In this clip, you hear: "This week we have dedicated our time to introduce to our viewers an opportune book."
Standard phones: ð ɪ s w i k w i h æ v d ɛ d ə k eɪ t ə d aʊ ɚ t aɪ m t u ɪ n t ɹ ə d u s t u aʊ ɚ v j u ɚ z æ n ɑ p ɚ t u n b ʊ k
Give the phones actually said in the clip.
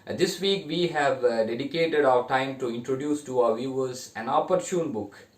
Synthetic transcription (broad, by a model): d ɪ s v i k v i h æ v d ɛ d ə k eɪ t ə d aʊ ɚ t aɪ m t u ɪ n t ɹ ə d u s t u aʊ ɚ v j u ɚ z æ n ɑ p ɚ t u n b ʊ k